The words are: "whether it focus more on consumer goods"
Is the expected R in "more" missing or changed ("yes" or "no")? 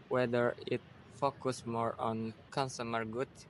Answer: no